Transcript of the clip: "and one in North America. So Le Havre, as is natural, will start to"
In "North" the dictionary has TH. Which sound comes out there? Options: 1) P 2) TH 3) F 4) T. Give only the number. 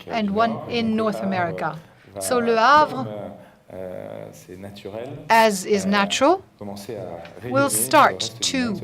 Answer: 2